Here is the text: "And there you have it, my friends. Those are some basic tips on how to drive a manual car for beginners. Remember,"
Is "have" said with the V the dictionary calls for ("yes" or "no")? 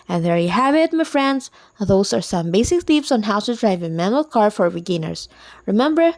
no